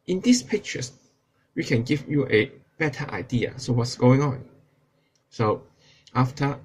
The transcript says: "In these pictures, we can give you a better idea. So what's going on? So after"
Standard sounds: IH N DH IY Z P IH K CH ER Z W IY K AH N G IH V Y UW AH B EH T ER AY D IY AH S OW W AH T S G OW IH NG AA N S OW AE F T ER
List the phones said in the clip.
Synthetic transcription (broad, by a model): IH N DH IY S P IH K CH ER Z W IY K AH N G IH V Y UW AH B EH T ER AY D IY AH S OW W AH T S G OW IH NG AA N S OW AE F T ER